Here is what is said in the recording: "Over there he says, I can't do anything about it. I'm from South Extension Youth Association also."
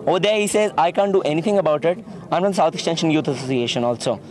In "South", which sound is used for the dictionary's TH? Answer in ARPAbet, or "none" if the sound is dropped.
T